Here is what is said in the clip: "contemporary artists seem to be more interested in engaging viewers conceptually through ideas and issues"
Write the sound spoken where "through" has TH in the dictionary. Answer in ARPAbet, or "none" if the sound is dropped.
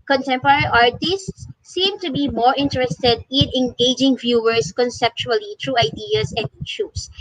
T